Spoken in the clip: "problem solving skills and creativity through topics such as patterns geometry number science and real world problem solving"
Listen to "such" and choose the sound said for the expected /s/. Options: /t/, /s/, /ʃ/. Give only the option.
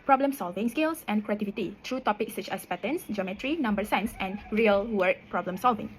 /s/